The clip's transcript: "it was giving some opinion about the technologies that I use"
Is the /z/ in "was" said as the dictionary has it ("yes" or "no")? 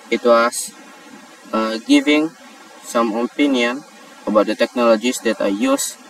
no